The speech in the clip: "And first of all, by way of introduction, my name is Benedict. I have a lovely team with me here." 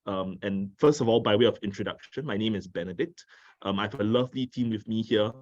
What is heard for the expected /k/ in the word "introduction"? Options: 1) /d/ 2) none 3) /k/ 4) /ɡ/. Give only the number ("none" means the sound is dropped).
3